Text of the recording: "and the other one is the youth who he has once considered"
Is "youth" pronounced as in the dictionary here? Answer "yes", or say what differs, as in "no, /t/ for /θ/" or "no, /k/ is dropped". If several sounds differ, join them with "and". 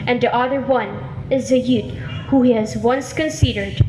no, /t/ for /θ/